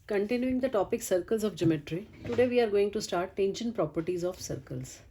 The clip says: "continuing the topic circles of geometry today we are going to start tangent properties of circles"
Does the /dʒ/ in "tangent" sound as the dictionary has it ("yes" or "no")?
no